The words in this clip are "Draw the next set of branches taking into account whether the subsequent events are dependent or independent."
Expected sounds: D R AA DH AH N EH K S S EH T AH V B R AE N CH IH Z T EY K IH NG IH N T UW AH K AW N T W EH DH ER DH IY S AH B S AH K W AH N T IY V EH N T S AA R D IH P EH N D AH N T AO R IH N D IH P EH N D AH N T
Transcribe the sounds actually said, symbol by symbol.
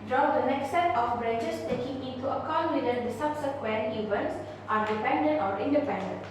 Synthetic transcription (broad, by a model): D R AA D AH N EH K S S EH T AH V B R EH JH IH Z T EY K IH NG IH N T UW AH K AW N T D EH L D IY S AH B S AH K W AH N T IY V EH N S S AA R D IH P EH N D AH N T AO R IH N D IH P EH N D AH N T